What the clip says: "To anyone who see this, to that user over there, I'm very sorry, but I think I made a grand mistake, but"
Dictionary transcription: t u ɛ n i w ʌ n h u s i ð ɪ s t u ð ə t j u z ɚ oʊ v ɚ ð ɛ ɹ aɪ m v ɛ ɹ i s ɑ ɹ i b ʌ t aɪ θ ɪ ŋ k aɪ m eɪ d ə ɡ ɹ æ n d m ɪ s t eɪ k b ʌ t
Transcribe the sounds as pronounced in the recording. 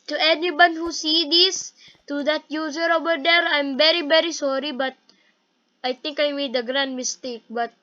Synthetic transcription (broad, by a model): t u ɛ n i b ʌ n h u s i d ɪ s t u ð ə t j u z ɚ oʊ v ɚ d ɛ ɹ aɪ m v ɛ ɹ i s ɑ ɹ i b ʌ t aɪ t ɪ ŋ k aɪ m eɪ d ə ɡ ɹ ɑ n d m ɪ s t eɪ k b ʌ t